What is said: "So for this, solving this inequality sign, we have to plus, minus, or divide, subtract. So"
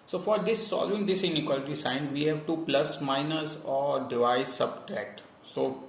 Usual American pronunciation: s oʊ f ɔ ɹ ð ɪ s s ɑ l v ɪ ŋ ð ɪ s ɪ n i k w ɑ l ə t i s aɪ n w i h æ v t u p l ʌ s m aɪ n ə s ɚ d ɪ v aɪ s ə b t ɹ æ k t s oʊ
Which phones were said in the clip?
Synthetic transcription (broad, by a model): s oʊ f ɔ ɹ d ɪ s s ɑ l v ɪ ŋ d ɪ s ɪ n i k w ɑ l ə t i s aɪ n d i h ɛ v t u p l ʌ s m aɪ n ə s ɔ d ɪ v aɪ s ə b t ɹ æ k t s oʊ